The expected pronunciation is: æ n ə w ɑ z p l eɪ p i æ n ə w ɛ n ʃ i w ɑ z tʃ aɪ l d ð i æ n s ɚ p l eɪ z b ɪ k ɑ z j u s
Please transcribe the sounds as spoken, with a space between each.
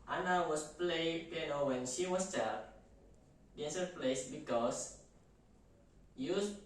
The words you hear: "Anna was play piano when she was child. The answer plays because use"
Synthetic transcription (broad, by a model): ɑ n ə w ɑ s p l eɪ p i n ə w ɛ n ʃ i w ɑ s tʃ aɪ d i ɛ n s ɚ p l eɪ s b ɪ k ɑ s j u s